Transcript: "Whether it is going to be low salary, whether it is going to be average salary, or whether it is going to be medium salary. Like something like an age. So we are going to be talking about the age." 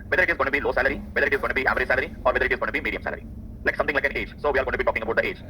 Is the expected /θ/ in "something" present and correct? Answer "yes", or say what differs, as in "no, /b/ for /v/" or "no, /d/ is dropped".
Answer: no, /t/ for /θ/